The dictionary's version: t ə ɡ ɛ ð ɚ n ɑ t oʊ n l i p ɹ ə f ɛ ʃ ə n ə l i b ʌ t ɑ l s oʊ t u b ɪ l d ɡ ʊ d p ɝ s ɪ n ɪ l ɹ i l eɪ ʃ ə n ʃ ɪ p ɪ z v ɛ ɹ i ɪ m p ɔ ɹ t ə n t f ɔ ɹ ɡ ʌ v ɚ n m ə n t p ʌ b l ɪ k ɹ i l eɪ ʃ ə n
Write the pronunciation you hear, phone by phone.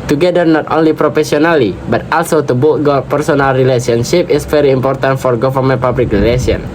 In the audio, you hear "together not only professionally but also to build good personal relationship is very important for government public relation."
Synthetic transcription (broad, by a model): t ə ɡ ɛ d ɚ n ɑ t oʊ n l i p ɹ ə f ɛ s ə n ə l i b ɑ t ɑ l s oʊ t u b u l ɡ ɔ p ɝ s ɪ n ɪ l ɹ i l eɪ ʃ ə n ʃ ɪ p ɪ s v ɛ ɹ i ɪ m p ɔ ɹ t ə n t f ɔ ɹ ɡ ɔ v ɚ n m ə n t p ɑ b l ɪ k ɹ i l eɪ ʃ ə n